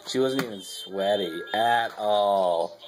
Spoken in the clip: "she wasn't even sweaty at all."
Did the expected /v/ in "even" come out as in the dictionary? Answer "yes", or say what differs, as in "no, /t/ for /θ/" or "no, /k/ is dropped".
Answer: no, /v/ is dropped